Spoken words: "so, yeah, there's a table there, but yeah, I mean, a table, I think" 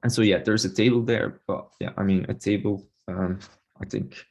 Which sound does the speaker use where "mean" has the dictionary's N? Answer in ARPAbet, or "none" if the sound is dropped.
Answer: N